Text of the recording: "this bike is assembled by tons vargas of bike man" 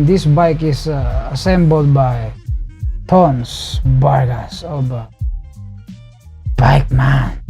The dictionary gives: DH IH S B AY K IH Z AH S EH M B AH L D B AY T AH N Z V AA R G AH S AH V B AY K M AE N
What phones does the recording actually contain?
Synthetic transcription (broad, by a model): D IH S B AY K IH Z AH S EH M B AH L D B AY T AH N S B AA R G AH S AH B B AY K M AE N